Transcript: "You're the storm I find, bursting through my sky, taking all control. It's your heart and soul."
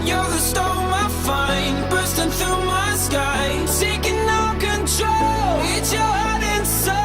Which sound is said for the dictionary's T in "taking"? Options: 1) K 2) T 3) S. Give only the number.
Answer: 3